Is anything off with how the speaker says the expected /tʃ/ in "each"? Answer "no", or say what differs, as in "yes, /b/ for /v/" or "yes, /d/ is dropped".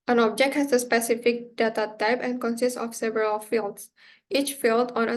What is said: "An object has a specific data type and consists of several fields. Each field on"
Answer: no